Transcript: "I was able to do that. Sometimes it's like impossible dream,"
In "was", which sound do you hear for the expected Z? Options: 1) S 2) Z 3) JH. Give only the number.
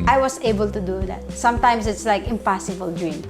1